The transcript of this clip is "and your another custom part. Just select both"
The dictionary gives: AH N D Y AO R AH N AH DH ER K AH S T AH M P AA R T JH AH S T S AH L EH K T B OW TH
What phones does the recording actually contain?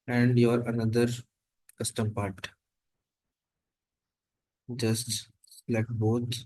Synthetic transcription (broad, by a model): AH N D Y AO R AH N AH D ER K AH S T AH M P AA R T JH AH S T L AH IH K B OW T